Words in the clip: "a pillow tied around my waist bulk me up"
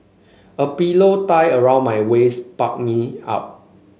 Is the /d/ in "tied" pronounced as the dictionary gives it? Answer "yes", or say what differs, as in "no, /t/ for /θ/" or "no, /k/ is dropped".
no, /d/ is dropped